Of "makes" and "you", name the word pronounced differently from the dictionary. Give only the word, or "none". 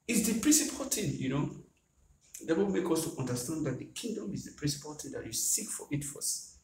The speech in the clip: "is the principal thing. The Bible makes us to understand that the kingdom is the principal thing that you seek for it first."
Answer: makes